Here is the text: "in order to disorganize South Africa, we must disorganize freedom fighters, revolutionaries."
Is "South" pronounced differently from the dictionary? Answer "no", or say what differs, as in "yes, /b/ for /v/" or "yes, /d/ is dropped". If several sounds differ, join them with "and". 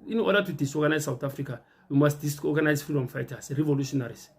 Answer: yes, /t/ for /θ/